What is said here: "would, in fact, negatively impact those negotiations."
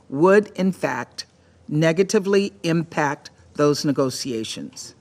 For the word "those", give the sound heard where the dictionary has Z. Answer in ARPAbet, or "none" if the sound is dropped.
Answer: Z